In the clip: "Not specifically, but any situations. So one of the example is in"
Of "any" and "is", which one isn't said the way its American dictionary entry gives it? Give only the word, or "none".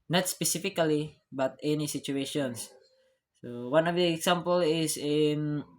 is